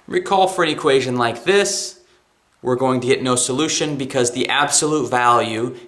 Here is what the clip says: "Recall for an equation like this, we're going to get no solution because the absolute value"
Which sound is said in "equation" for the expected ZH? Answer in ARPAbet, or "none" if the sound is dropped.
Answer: ZH